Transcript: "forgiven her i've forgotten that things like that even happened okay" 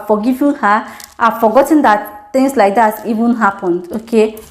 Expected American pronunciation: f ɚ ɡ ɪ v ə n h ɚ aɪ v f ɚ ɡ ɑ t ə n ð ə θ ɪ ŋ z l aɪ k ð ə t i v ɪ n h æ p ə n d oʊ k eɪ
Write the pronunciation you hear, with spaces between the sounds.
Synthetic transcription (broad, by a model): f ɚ ɡ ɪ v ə h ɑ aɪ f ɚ ɡ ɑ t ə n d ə t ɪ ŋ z l aɪ k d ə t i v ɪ n h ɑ p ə n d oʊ k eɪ